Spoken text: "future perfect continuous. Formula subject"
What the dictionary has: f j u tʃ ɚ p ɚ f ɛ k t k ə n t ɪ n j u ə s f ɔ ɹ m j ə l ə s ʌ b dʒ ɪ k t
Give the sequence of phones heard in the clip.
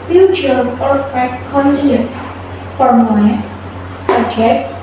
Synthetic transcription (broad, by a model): f j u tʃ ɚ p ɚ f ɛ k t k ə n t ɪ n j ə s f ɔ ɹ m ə ə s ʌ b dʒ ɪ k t